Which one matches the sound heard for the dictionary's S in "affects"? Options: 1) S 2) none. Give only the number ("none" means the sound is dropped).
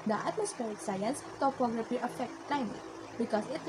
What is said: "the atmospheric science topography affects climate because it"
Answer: 2